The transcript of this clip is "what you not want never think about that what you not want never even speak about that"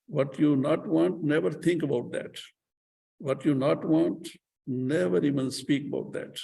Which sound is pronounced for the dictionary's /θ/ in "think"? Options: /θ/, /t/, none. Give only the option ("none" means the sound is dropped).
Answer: /t/